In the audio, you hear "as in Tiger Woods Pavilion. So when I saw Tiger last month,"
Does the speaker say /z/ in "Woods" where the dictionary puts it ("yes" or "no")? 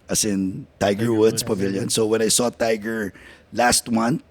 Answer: no